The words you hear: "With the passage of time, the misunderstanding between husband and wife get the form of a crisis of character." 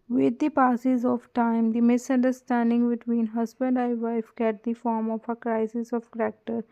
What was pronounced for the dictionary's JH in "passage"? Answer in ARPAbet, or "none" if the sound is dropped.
Z